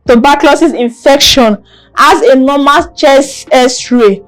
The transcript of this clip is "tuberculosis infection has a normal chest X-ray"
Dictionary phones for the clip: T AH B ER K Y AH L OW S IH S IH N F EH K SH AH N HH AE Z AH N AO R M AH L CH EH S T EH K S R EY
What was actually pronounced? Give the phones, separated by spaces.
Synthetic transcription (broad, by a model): T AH B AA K L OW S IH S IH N F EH K SH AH N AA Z AH N AO M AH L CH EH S EH S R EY